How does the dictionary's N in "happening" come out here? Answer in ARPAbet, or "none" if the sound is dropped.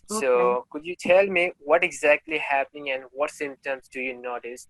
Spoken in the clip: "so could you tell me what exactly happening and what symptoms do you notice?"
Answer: N